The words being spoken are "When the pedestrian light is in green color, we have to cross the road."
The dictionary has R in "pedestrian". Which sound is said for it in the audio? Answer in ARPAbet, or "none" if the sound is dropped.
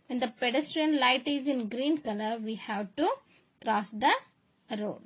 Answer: R